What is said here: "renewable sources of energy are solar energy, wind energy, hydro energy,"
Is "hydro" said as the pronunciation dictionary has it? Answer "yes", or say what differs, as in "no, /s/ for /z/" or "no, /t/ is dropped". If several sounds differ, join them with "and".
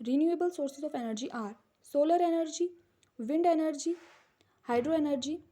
yes